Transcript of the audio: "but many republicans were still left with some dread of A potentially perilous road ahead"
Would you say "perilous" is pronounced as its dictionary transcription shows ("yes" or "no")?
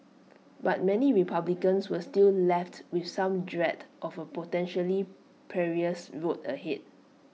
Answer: no